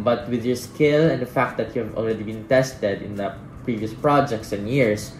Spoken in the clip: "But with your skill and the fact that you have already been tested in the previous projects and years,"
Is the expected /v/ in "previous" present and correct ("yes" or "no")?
yes